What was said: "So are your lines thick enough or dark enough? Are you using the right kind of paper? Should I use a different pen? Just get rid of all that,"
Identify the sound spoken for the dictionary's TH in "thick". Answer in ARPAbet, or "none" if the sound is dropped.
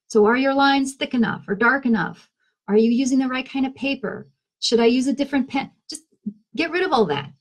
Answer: TH